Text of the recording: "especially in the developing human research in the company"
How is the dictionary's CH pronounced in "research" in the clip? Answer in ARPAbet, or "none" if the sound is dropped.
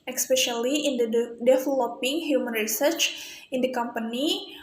CH